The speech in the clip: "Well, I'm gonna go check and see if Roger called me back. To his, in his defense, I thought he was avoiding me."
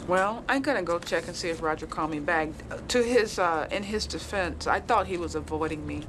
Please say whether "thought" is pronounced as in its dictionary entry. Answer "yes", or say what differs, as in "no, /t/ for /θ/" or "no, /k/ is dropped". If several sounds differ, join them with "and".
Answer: yes